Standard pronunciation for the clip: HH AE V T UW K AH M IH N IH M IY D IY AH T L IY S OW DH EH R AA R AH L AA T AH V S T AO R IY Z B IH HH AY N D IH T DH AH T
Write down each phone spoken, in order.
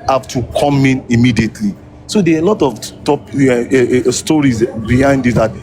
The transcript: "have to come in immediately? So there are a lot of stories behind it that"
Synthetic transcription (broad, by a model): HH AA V T UW K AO M IH N IH M IY D IY AH T L IY S OW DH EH L AA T AH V T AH P S T AO R IY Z B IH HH AY N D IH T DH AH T